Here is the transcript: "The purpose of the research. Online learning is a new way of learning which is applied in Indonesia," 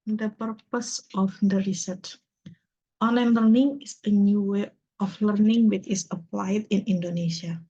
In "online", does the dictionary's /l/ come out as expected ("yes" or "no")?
no